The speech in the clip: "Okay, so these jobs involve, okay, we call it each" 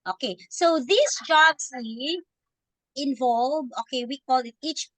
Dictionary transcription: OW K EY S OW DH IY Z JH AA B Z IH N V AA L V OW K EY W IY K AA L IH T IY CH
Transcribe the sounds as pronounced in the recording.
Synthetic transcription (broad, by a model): OW K EY S OW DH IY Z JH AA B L IH N V AA L V OW K EY W IY K AA L IH T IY CH